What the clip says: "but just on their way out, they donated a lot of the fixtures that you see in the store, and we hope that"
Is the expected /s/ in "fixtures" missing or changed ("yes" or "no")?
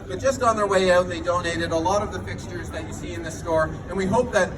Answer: no